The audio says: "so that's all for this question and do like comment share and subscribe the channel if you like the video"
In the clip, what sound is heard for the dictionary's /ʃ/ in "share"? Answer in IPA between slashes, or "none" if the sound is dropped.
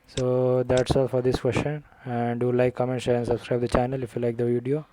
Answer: /s/